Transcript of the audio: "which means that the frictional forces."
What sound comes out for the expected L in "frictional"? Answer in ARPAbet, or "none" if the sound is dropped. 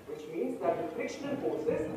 N